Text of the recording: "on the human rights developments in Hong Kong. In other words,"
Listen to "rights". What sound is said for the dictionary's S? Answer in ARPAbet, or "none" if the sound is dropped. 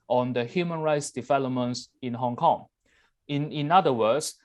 S